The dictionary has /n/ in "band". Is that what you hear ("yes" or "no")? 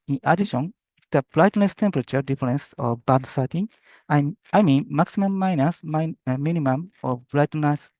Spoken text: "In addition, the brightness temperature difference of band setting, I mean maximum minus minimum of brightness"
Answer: no